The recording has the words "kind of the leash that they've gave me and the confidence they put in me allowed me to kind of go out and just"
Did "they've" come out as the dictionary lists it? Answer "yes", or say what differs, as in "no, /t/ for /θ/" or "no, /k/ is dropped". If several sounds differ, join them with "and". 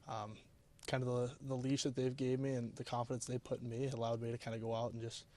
yes